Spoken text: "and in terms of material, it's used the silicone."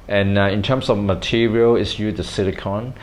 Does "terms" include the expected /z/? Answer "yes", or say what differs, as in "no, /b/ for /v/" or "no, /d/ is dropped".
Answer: no, /s/ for /z/